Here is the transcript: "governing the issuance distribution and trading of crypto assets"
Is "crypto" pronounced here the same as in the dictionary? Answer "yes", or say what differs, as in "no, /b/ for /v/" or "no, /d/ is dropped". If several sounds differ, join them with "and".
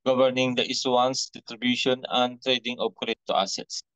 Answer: no, /p/ is dropped